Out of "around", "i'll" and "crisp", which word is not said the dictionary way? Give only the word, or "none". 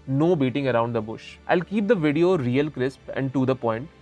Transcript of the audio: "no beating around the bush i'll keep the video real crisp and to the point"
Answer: none